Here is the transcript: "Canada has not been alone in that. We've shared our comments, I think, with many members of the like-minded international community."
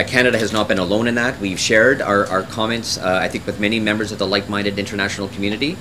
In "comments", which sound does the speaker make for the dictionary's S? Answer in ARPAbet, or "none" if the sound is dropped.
S